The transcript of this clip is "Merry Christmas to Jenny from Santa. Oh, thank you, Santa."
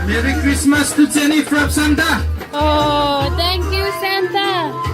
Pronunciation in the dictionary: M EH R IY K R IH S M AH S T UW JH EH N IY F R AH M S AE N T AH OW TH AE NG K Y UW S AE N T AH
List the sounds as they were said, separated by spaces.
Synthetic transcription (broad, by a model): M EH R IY K R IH S M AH S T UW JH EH N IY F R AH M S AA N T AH OW T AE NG K Y UW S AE N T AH